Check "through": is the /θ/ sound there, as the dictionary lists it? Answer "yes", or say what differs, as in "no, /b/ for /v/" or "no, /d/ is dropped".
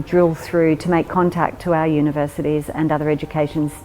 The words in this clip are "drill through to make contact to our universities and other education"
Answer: yes